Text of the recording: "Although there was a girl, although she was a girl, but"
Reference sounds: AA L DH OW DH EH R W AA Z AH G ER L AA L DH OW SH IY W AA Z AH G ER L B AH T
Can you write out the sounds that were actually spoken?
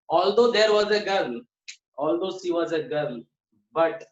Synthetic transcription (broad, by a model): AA L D OW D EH R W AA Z AH G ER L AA L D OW S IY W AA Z AH G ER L B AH T